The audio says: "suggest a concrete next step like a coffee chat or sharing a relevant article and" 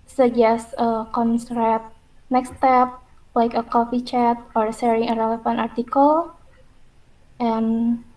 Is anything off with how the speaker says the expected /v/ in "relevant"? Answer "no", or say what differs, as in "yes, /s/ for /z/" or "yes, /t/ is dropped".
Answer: yes, /f/ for /v/